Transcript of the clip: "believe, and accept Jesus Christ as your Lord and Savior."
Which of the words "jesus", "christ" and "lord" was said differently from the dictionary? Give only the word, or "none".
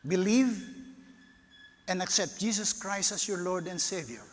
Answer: jesus